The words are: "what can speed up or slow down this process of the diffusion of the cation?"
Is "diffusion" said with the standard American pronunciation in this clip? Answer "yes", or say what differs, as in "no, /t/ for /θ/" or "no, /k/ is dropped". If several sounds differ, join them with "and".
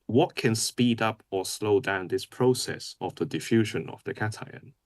yes